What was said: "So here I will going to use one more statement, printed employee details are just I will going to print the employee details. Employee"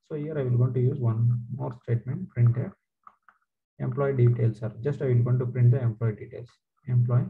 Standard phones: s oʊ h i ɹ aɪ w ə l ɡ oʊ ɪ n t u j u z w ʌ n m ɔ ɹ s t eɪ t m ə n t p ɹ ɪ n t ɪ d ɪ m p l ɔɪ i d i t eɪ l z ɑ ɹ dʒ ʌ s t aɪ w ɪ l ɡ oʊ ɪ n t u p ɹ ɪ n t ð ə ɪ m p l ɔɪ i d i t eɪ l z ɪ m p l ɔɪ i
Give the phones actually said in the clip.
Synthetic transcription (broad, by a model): s oʊ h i ɹ aɪ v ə l ɡ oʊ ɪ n t u j u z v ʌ n m ɔ ɹ s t eɪ t m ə n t p ɹ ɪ n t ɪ ɪ m p l ɔɪ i d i t eɪ l s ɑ ɹ dʒ ʌ s t aɪ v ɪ l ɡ oʊ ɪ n t u p ɹ ɪ n t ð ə ɪ m p l ɔɪ i d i t eɪ l s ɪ m p l ɔɪ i